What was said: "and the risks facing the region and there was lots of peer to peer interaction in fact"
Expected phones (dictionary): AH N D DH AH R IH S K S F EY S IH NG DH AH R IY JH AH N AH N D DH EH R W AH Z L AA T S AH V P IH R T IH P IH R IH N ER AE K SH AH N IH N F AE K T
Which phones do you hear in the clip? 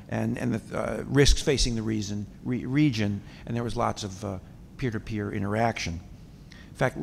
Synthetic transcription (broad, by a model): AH N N DH AH R IH S K S F EY S IH NG DH AH R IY Z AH N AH N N DH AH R W AH Z L AA T S AH V P IH R T IH P IH R IH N ER AE K SH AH IH N F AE K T